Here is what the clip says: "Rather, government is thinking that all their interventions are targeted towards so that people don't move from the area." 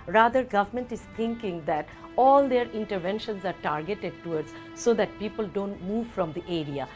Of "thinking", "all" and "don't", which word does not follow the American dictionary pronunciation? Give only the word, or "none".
thinking